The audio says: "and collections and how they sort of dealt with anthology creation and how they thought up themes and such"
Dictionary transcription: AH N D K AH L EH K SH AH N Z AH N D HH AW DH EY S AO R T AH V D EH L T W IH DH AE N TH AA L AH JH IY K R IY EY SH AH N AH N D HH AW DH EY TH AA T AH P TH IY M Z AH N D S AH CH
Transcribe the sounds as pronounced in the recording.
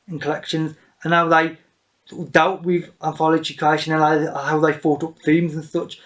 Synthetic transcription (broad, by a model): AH N K AH L EH K SH AH N Z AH N HH AW DH EY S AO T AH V D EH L T W IH DH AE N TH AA L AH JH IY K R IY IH SH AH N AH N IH HH AW DH EY F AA T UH P TH IY M Z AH N S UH CH